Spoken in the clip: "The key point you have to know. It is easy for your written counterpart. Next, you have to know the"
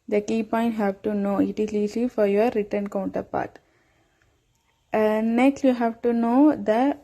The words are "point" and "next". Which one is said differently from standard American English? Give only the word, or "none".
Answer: none